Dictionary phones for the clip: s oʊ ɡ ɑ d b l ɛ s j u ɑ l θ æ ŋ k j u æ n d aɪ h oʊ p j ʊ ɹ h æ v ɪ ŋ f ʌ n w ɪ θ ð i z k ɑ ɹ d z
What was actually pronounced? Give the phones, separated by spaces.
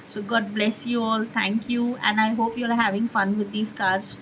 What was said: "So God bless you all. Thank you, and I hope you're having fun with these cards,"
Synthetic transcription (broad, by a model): s oʊ ɡ ɑ d b l ɛ s j u ɑ l t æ ŋ k j u æ n d aɪ h oʊ p j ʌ ɹ h æ v ɪ ŋ f ʌ n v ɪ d i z k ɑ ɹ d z